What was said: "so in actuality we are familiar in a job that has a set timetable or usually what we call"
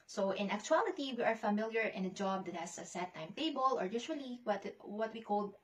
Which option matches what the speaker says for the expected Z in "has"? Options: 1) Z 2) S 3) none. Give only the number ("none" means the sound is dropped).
2